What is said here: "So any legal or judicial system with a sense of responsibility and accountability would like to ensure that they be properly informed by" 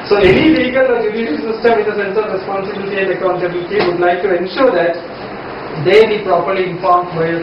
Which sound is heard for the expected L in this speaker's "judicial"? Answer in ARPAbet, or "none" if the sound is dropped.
N